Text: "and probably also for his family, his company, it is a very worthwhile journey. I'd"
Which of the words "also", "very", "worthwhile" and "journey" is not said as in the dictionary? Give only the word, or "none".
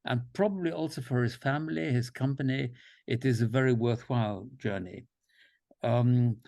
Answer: none